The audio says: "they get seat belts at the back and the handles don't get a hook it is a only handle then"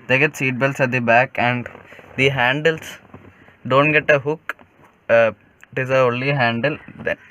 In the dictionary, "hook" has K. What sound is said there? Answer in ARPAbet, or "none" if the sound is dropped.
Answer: K